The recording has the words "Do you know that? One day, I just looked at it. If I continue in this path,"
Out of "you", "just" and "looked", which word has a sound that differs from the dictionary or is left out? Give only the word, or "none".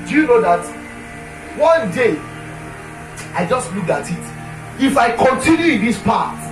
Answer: looked